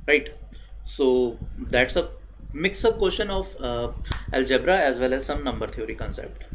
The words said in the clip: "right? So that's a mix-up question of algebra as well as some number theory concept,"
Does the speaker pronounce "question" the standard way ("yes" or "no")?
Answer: no